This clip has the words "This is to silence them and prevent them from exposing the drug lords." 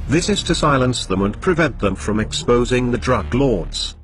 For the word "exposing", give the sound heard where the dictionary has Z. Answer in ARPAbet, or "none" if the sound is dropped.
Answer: Z